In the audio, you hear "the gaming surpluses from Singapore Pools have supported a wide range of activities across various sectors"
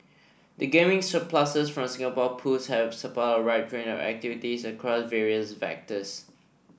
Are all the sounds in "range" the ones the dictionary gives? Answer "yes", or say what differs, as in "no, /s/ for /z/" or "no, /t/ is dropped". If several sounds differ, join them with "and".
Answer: no, /dʒ/ is dropped